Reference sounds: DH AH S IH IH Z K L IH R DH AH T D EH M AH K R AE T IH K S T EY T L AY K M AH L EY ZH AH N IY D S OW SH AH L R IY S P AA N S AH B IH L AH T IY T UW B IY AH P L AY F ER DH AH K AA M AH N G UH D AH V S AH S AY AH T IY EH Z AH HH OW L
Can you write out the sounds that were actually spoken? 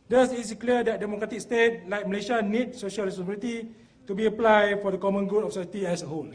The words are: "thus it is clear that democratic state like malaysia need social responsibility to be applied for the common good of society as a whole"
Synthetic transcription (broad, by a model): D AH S IH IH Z K L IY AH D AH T D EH M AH K R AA T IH K S T EY T L AY K M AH L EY SH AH N IY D S OW SH AH L R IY S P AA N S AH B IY L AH T IY T UW B IY AH P L AY F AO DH AH K AA M AH N G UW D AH F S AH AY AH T IY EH S AH HH OW L